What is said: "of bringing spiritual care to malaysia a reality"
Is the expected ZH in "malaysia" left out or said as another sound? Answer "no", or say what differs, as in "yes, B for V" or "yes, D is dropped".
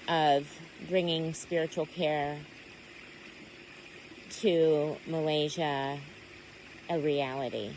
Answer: no